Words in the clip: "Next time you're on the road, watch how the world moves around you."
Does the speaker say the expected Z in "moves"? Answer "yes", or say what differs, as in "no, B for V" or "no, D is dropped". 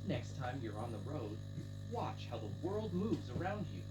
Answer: yes